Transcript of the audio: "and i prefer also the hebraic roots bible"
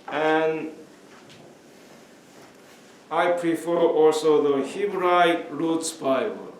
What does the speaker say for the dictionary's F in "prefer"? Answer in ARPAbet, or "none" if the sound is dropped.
F